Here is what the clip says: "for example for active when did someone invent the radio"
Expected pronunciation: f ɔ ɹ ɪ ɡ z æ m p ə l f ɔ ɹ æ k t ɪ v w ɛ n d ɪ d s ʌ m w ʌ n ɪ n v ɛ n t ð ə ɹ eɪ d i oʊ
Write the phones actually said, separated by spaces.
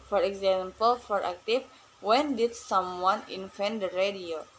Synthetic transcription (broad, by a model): f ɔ ɹ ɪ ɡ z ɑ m p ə l f ɔ ɹ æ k t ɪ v w ɛ n d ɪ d s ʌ m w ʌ n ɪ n f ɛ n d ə ɹ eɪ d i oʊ